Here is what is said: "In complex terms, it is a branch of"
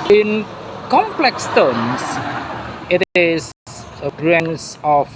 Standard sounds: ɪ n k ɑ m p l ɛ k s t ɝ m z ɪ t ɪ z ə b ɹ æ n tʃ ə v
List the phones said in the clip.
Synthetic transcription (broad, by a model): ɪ n k ɑ m p l ɛ k s t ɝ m s ɪ t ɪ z ə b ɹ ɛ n s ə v